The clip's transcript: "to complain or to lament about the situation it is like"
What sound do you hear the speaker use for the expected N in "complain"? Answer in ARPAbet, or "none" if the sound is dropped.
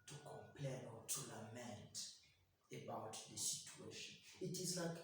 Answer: N